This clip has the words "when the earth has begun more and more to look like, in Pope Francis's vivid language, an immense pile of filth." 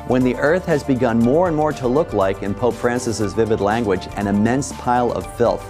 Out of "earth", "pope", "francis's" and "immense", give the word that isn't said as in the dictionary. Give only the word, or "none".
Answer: none